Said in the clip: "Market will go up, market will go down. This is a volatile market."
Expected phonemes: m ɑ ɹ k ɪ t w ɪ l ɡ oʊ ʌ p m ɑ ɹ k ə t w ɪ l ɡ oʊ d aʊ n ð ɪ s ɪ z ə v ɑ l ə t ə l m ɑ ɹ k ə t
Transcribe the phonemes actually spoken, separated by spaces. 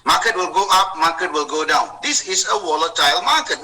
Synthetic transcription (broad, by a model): m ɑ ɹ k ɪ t w ɪ l ɡ oʊ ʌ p m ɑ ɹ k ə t w ɪ l ɡ oʊ d aʊ n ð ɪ s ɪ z ə w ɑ l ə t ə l m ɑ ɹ k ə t